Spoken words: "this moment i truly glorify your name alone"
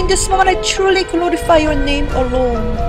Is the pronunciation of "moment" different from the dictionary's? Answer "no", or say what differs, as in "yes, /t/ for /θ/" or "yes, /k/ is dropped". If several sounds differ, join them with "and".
yes, /t/ is dropped